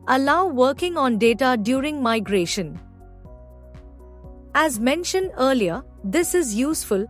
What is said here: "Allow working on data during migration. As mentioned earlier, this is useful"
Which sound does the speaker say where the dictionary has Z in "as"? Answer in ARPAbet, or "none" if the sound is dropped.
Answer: Z